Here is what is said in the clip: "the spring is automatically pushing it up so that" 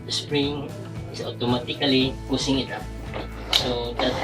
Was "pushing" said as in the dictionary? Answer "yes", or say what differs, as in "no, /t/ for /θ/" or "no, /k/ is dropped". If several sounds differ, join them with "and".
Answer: no, /s/ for /ʃ/